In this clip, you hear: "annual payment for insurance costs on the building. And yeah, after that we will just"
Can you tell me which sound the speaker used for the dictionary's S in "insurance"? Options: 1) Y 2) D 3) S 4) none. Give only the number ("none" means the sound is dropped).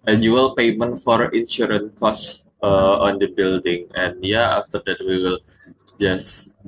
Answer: 4